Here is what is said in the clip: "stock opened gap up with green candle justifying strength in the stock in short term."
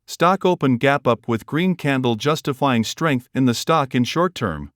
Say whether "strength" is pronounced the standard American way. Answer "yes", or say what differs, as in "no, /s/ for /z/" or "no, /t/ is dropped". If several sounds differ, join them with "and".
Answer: yes